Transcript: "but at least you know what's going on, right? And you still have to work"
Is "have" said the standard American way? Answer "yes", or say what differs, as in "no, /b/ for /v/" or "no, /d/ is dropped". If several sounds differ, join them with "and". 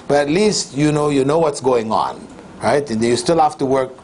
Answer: no, /f/ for /v/